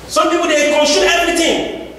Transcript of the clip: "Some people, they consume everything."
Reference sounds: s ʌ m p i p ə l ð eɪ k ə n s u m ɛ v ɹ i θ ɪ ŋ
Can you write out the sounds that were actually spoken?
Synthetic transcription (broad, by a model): s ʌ m p i p ə l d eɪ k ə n ʃ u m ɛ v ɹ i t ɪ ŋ